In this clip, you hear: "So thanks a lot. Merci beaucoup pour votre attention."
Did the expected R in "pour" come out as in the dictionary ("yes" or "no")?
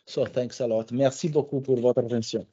yes